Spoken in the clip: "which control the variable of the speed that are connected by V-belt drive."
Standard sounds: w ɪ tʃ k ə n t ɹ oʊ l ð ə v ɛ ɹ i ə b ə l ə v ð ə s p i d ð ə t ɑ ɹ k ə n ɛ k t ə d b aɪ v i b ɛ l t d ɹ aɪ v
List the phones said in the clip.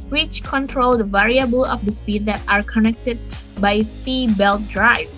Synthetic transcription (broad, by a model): w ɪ tʃ k ə n t ɹ oʊ l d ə v ɛ ɹ i ə b ə l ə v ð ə s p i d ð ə t ɑ ɹ k ə n ɛ k t ə d b aɪ f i b ɛ l t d ɹ aɪ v